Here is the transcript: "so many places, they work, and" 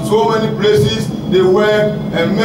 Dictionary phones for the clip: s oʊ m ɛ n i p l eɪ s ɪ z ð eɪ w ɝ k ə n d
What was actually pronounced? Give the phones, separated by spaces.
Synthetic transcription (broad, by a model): s oʊ m ɛ n i p l eɪ s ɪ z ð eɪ w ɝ ə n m